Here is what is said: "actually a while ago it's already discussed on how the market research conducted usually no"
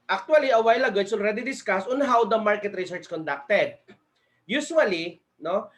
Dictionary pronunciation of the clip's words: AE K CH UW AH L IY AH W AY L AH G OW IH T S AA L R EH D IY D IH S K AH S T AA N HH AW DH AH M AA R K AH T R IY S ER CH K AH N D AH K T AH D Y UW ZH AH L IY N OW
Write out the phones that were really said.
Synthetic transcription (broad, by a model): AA K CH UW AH L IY AH W AY L AH G OW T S AA L R EH D IY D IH S K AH S AA N HH AW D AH M AA R K AH T R IY S ER CH K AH N D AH K T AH D Y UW SH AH L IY N OW